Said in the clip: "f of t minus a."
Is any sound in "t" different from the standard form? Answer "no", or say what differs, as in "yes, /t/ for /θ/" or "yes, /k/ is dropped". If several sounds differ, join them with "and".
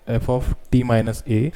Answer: no